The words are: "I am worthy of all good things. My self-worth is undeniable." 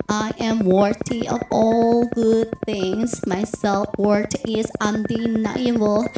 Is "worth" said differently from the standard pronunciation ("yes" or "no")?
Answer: yes